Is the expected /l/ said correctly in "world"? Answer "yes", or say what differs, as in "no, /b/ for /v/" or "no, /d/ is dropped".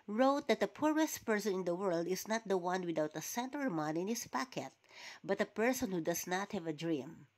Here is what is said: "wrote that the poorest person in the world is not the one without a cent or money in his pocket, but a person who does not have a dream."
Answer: yes